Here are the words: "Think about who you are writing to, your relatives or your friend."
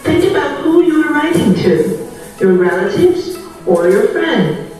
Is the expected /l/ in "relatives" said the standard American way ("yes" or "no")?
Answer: yes